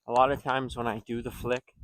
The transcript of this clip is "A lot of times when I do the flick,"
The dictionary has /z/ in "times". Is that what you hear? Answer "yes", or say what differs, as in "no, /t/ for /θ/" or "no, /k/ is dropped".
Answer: yes